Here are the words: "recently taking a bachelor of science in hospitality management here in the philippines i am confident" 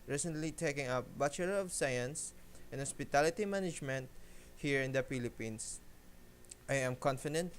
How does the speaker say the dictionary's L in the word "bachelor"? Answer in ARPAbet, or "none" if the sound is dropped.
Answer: none